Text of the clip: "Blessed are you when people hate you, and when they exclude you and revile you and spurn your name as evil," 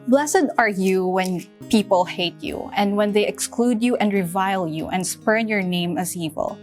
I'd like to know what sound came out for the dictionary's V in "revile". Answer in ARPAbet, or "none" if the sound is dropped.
V